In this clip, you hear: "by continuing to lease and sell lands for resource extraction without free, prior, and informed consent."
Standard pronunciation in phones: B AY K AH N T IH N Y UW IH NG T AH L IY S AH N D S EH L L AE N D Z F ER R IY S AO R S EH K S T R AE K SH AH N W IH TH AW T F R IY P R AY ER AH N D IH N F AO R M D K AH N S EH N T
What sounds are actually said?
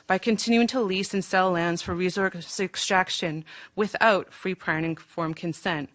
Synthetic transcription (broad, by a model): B AY K AH N T IH N Y UW IH NG T AH L IY S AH N S EH L L AE N D Z F ER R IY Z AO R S EH K S T R AE K SH AH N W IH TH AW T F R IY P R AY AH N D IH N F AO R M K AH N S EH N T